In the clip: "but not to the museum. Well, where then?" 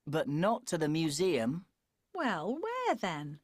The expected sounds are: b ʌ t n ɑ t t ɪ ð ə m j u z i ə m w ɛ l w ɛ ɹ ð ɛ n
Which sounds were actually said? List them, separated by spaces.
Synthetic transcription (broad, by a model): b ʌ t n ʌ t t ɪ ð ə m j u z i ə m w ɛ l w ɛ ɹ ð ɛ n